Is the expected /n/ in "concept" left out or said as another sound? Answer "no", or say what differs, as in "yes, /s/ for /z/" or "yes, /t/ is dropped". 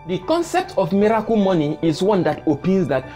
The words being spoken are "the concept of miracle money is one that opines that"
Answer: no